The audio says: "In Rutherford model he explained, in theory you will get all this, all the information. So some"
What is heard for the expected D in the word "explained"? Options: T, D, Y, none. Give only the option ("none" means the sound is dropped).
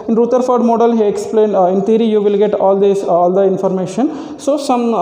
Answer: D